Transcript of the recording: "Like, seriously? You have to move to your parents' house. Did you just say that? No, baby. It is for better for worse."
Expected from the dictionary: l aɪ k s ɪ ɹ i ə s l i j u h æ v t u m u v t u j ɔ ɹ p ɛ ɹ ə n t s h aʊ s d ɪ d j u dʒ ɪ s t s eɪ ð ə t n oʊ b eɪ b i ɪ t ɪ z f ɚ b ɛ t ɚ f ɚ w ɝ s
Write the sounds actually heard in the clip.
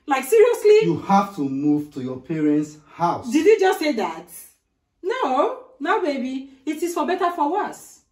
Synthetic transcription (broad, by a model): l aɪ k s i ɹ i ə s l i j u h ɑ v t u m u v t u j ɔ p ɛ ɹ ə n t s h aʊ s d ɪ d j u dʒ ɪ s t s eɪ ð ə t n oʊ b eɪ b i ɪ t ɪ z f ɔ b ɛ t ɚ f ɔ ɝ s